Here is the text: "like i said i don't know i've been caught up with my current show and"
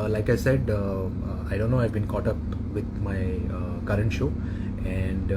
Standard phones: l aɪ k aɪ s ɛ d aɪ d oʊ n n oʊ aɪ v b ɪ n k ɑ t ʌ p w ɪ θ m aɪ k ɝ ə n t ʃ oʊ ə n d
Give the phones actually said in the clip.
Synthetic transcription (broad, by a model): l aɪ k aɪ s ɛ d aɪ d oʊ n n oʊ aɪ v b ɪ n k ɑ t ʌ p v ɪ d m aɪ k ɝ ə n t ʃ oʊ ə n d